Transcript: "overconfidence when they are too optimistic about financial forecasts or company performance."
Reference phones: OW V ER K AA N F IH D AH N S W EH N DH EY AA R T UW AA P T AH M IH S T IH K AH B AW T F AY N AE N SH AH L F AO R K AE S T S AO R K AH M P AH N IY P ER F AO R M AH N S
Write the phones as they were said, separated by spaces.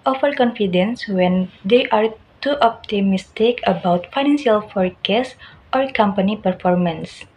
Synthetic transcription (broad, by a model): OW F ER K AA N F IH D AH N S W EH N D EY AA R T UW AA P T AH M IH S T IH K AH B AW T F AY N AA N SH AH L F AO R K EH S T AO R K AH M P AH N IY P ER F AO R M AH N S